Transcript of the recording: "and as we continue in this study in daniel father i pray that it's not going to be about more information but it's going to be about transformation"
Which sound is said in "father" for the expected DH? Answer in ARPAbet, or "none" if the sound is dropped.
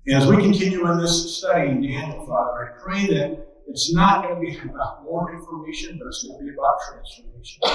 none